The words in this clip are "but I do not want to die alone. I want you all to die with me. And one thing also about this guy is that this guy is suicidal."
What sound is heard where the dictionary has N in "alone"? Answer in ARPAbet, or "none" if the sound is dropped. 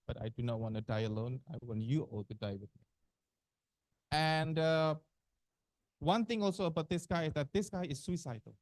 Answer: N